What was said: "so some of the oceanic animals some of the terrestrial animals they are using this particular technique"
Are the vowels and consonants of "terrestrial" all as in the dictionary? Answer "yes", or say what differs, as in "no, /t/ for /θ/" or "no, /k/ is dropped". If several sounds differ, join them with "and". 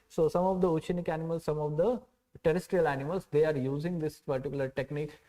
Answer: yes